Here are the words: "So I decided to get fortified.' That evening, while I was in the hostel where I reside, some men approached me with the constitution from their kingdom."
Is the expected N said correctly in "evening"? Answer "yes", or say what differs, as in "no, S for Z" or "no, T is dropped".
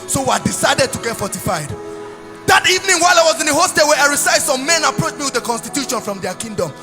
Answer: yes